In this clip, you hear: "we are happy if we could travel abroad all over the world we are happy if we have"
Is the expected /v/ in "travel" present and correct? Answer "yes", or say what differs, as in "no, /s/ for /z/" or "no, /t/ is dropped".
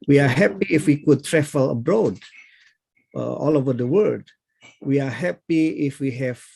no, /f/ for /v/